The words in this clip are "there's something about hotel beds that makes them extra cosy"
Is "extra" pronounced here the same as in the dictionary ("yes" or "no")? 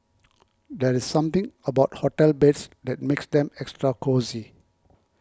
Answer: yes